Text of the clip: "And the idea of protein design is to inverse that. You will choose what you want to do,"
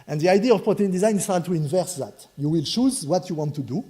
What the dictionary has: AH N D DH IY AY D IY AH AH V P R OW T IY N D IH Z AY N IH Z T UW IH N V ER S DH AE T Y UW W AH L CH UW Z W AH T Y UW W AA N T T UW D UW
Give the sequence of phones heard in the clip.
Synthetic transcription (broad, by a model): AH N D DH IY AY D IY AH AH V P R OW T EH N D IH Z AY N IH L T UW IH N V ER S DH AE T Y UW W AH L CH UW Z W AH T Y UW W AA N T T UW D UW